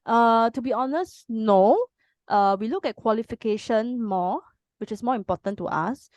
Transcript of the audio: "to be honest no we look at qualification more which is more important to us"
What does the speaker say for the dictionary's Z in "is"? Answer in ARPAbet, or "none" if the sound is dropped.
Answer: S